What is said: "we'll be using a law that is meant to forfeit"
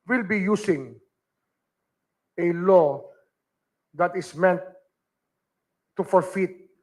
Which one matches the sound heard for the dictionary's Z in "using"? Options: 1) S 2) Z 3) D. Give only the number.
1